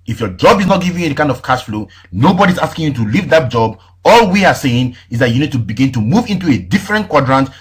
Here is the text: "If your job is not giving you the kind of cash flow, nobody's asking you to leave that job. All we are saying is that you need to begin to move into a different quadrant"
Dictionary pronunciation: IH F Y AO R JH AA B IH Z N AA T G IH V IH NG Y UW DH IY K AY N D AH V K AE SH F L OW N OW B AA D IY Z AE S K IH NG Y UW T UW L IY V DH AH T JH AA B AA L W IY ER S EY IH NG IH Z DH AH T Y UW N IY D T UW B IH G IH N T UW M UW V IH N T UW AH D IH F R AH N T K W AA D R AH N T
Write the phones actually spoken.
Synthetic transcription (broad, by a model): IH F Y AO JH AA B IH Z N AA T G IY V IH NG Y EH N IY K AY N D AH V K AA S F L OW N OW B AA D IY Z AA S K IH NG Y UW T UW L IY V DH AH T JH AA B AA L W IY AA S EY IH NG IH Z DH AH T Y UW N IY D T UW B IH G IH N T UW M UW V IH N T UW AH D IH F R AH N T K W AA D R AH N T